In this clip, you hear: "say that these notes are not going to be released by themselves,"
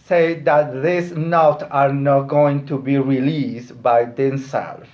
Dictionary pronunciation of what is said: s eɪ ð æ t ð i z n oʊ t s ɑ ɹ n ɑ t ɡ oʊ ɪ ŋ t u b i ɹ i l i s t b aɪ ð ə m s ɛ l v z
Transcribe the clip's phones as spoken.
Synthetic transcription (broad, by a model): s eɪ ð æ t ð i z n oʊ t ɑ ɹ n ɑ t ɡ oʊ ɪ ŋ t u b i ɹ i l i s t b aɪ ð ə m s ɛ l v